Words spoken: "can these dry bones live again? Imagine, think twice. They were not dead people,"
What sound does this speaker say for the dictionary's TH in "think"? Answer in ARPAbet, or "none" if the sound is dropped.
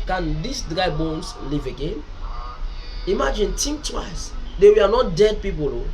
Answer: T